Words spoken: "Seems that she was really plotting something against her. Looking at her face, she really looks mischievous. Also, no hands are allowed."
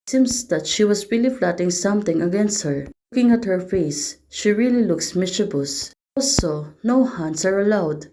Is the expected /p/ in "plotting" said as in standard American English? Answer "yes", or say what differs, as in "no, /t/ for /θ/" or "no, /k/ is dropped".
no, /f/ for /p/